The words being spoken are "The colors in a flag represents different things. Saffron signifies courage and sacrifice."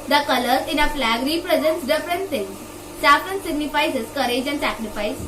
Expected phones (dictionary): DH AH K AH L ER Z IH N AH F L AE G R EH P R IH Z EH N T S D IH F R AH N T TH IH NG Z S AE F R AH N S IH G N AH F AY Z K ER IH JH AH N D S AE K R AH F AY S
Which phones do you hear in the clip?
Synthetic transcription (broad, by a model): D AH K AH L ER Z IH N AH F L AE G R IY P R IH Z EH N T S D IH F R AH N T S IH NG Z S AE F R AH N S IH G N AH F AY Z K ER IH JH AH N D S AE K R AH F AY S